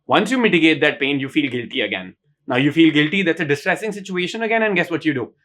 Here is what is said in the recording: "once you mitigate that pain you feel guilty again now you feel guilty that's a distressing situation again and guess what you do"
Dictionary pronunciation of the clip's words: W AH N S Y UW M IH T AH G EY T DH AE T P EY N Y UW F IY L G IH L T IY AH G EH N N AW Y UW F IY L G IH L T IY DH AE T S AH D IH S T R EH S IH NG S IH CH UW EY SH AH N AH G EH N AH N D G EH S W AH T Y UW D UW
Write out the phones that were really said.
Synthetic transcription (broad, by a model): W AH N S Y UW M IH T AH G EY T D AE T P EY N Y UW F IY L G IH L T IY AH G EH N N AW Y UW F IY L G IH L T IY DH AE T S AH D IH S T R EH S IH NG S IH CH UW EY SH AH N AH G EH N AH N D G EH S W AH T Y UW D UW